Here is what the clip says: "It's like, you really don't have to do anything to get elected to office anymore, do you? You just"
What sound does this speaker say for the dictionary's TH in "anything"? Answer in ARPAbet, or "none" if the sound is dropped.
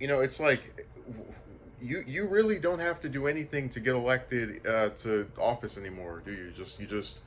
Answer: TH